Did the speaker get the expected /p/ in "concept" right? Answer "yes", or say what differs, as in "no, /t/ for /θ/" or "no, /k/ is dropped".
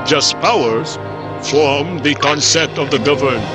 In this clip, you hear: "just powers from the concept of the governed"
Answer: no, /p/ is dropped